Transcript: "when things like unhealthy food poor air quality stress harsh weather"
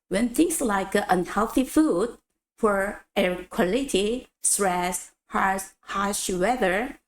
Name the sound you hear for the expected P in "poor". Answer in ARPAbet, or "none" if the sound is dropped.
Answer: F